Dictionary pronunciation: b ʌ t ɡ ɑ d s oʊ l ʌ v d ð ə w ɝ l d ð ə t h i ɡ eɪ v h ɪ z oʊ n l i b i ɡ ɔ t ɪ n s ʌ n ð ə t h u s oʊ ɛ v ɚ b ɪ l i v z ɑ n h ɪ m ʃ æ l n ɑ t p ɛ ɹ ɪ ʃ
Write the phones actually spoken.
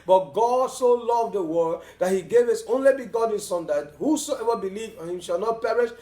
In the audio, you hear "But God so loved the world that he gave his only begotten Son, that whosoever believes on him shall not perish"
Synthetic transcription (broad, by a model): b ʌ t ɡ ɑ d s oʊ l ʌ v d ð ə w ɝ d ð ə t h i ɡ eɪ v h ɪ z oʊ n l i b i ɡ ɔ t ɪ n s ʌ n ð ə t h u s oʊ ɛ v ɚ b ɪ l i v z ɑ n h ɪ m ʃ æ l n ɑ t p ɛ ɹ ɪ ʃ